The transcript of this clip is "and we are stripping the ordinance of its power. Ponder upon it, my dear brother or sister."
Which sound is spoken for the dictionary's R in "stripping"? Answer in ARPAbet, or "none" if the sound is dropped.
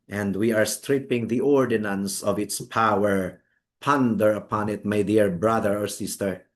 R